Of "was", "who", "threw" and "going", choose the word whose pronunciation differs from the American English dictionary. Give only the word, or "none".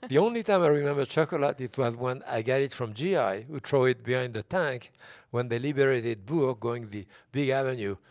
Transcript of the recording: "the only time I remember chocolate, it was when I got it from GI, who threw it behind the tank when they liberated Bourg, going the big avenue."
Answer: threw